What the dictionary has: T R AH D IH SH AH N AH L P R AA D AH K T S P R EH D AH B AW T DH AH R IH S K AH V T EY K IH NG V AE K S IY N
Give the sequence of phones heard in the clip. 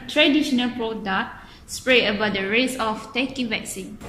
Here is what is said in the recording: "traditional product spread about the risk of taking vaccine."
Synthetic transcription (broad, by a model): T R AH D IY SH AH N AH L P R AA D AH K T S P R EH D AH B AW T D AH R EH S AH F T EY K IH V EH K S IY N